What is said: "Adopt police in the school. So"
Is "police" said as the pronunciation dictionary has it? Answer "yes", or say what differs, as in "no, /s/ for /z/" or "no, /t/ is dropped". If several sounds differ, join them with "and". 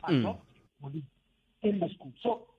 no, /s/ is dropped